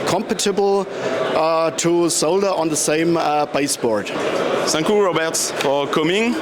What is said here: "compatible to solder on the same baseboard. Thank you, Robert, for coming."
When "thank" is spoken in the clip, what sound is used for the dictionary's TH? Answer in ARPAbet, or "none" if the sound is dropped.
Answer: S